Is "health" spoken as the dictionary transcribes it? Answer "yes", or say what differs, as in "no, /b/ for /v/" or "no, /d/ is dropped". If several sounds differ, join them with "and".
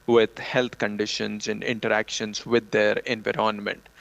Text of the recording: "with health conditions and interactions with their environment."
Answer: no, /t/ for /θ/